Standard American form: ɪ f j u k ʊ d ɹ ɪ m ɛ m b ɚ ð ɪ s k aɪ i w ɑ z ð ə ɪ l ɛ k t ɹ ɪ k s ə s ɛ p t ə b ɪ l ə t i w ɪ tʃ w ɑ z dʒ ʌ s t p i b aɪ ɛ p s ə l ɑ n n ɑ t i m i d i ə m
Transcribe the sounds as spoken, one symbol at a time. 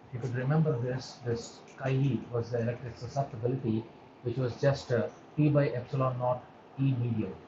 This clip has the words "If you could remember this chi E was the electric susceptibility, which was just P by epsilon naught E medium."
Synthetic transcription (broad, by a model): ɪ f j u k ʊ d ɹ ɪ m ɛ m b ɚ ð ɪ s k aɪ i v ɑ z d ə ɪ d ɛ k t ɪ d s ə s ɛ p t ə b ɪ l ə t i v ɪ tʃ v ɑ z dʒ ʌ s t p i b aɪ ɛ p s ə l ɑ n n ɑ t i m i d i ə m